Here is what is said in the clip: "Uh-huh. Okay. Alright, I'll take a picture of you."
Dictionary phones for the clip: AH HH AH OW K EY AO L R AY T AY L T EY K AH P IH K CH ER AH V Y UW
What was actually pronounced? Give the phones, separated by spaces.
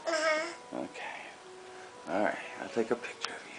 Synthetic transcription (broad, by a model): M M OW K EY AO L R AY T AY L T EY K AH P IH K CH ER AH V Y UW